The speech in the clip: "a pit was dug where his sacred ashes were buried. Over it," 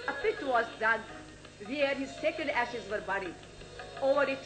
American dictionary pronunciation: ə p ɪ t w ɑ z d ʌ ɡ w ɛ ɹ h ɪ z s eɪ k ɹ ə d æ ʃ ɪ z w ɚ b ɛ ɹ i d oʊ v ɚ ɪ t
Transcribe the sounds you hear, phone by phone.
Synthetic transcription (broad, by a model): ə p ɪ t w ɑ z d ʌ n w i ɹ h ɪ z s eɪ k ə d æ ʃ ɪ z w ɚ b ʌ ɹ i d oʊ v ɚ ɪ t